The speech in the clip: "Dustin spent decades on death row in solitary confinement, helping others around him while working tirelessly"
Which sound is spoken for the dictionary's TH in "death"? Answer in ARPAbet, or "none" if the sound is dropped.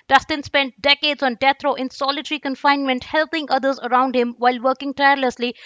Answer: T